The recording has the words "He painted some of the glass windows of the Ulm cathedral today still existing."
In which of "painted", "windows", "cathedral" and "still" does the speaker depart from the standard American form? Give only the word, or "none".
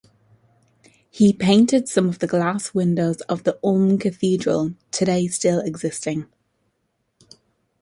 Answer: none